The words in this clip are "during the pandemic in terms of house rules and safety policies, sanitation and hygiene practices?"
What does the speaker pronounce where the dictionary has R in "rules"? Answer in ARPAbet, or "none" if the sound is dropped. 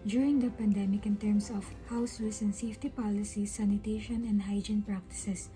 W